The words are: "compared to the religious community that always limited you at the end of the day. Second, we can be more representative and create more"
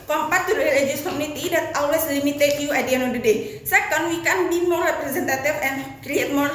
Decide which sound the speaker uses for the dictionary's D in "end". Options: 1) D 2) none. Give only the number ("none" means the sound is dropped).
2